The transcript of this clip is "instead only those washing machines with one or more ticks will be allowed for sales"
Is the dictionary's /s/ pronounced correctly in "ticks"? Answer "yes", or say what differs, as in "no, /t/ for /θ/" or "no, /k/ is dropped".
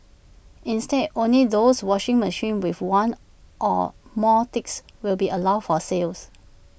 yes